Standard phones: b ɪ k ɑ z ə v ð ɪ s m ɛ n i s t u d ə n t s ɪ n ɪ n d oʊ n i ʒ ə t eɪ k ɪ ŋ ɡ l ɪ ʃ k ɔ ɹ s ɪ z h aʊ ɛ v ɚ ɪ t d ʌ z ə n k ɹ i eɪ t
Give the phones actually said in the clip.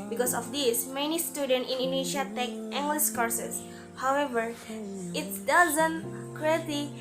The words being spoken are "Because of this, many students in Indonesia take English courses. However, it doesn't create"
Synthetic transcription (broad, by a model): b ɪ k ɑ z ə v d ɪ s m ɛ n i s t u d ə n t ɪ n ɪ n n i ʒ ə t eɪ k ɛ ŋ ɡ l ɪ s k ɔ ɹ s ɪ s h aʊ ɛ v ɚ ɪ t d ʌ z ə n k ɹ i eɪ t